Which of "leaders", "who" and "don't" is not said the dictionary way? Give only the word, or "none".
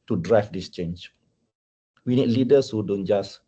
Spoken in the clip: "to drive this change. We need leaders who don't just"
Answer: leaders